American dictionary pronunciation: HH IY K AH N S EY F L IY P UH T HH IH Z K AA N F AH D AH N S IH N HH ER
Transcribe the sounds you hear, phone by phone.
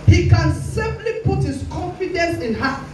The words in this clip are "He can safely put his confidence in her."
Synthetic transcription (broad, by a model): HH IY K AH N S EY P L IY P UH T HH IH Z K AA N F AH D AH N S IH N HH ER